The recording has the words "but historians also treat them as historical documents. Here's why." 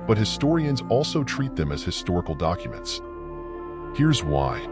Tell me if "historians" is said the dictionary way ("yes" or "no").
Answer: yes